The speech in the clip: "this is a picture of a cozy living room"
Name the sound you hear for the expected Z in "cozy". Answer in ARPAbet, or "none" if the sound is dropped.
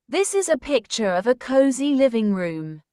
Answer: Z